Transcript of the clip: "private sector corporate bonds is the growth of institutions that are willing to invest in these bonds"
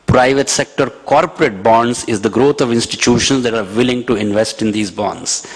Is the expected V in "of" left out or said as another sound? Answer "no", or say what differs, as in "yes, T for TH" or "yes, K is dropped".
no